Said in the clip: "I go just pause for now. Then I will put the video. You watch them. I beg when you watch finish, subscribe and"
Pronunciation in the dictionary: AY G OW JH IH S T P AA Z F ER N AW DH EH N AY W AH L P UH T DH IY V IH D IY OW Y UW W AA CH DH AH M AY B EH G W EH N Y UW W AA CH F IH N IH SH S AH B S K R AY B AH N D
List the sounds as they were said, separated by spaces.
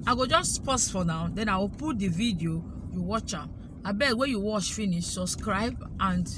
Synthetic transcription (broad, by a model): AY G OW JH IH S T P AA S F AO N AW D EH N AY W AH P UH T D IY V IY D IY OW Y UW W AA CH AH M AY B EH W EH Y UW W AA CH F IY N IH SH S AH B S K R AY B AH N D